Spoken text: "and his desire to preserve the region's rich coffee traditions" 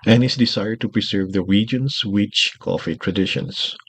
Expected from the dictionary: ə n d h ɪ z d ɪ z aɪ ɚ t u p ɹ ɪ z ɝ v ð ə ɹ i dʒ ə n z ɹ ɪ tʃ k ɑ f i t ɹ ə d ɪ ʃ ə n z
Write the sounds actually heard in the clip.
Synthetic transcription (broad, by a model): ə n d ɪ s d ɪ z aɪ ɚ t u p ɹ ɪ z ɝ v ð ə ɹ i dʒ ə n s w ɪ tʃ k ɑ f i t ɹ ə d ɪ ʃ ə n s